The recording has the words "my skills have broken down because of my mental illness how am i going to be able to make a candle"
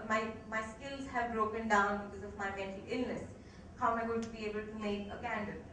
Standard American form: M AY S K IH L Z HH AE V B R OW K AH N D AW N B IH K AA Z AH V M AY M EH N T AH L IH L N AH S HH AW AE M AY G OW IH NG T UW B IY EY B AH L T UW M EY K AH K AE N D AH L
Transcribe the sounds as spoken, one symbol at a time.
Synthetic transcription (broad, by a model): M AY S K IH L Z HH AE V B R OW K AH N D AW N B IH K AA Z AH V M AY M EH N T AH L IH L N AH S HH AW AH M AY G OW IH T UW B IY EY B AH L T UW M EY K AH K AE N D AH